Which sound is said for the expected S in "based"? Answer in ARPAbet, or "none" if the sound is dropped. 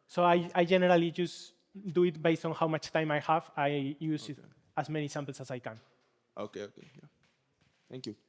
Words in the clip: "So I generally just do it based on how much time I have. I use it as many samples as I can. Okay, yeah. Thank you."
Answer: S